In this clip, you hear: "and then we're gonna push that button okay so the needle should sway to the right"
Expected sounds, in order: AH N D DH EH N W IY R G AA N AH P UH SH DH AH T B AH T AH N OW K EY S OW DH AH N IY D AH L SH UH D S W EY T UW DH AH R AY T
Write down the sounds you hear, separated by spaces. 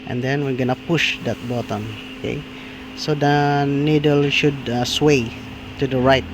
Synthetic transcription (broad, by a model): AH N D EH N W IY R G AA N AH P UH SH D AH T B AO T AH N OW K EY S OW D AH N IY D AH L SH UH D S W EY T UW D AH R AY T